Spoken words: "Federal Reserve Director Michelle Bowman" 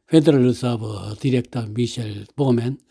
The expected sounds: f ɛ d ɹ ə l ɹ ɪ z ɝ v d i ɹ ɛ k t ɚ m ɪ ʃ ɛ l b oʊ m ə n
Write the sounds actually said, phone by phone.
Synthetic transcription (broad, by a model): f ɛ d ɹ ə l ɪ s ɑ b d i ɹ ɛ k t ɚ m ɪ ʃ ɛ l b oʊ m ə n